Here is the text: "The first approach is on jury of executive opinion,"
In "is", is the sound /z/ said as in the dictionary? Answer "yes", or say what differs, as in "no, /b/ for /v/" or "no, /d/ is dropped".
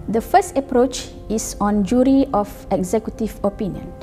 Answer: no, /s/ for /z/